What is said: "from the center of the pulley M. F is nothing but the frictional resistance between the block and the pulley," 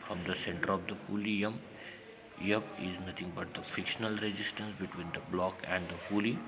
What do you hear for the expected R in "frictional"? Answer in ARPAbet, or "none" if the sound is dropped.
none